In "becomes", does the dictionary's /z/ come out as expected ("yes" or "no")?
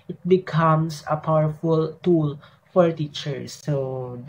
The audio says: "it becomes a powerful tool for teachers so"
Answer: no